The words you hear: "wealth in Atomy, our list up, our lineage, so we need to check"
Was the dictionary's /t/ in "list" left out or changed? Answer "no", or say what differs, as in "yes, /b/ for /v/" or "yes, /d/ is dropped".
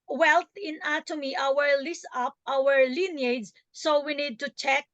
yes, /t/ is dropped